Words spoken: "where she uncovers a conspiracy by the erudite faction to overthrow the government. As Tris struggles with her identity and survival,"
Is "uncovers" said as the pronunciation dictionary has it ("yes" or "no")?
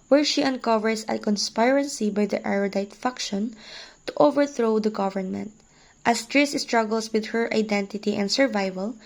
no